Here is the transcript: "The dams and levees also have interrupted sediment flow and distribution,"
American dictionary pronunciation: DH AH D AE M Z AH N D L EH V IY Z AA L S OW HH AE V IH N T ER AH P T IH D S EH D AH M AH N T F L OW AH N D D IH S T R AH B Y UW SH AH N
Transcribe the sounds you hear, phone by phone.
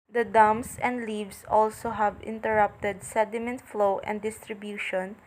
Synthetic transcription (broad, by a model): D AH D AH M S AH N D L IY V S AA L S OW HH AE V IH N T ER AH P T IH D S EH D AH M AH N T F L OW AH N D D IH S T R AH B Y UW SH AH N